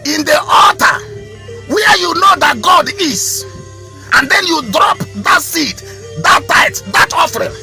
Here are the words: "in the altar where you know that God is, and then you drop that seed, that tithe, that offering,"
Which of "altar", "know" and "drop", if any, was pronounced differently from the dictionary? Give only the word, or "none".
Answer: altar